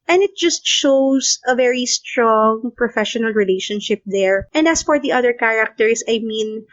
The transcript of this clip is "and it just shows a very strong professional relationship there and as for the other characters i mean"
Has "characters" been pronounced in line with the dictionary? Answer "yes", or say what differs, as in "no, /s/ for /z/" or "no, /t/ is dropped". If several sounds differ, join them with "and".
no, /s/ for /z/